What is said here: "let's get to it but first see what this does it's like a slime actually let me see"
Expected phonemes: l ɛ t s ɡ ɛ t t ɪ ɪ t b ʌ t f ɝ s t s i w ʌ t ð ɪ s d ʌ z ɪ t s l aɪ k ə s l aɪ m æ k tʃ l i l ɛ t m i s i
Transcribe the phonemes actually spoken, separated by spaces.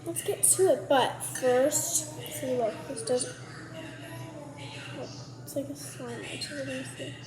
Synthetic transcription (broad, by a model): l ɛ t s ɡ ɛ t t ɪ ɪ t b ʌ t f ɝ s t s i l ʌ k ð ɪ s d ʌ z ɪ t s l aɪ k ə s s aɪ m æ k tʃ i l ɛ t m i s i